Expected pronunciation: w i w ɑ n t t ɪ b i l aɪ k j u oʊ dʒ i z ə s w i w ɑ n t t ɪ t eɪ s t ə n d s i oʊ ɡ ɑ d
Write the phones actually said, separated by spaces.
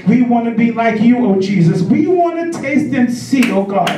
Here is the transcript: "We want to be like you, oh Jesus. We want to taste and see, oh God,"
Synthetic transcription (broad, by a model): w i w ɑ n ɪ b i l aɪ k j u oʊ dʒ i z ə s w i w ɑ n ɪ t eɪ s t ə n s i oʊ ɡ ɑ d